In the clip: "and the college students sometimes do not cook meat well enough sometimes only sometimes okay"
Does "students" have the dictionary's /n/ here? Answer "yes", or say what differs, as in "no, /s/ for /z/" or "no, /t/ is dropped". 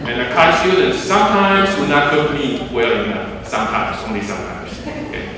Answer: no, /n/ is dropped